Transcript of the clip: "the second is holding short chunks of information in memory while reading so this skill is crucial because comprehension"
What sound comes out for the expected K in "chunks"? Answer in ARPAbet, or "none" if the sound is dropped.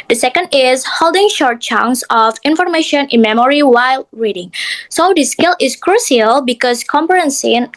none